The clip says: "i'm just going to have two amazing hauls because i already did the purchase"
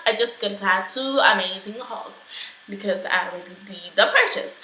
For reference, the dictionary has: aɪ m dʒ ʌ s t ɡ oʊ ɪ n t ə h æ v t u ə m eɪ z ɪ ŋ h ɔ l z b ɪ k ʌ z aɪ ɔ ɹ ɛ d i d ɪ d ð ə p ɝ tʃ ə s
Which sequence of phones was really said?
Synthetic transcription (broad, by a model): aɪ dʒ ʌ s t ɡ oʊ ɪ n t ə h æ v t u ə m eɪ z ɪ ŋ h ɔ l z b ɪ k ʌ z aɪ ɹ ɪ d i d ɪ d ð ə p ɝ tʃ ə s